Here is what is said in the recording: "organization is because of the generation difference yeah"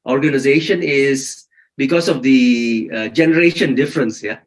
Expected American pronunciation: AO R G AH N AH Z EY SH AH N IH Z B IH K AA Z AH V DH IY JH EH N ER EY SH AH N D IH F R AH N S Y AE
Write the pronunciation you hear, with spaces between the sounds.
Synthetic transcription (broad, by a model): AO R G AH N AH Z EY SH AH N IH Z B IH K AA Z AH V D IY JH EH N ER EY SH AH N D IH F R AH N S Y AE